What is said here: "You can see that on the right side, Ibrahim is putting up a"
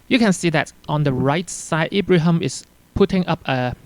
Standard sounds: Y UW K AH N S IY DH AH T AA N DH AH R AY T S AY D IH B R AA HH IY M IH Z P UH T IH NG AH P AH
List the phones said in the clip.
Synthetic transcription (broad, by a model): Y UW K AH N S IY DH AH T AA N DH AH R AY T S AY D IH B R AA HH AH M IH S P UH T IH NG AH P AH